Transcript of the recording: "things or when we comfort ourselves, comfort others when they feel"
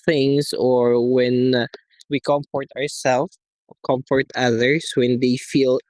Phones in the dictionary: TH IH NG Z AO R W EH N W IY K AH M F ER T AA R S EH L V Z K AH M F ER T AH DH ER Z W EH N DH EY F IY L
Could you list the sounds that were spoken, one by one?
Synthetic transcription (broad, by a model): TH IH NG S AO R W EH N W IY K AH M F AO T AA R S EH L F K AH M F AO T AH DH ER S W EH N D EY F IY L